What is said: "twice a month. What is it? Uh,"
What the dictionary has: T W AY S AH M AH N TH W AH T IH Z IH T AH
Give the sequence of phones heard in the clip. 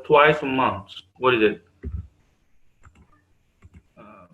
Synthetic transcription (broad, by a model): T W AY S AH M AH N S W AH T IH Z IH T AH